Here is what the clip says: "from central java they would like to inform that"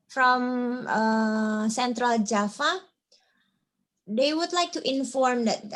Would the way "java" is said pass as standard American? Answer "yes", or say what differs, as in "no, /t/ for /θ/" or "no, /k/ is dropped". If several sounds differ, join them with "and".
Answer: no, /f/ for /v/